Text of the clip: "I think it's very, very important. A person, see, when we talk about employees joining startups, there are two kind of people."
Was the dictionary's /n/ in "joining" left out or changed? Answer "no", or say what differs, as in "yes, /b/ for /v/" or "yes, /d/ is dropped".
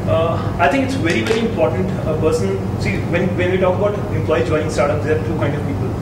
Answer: yes, /n/ is dropped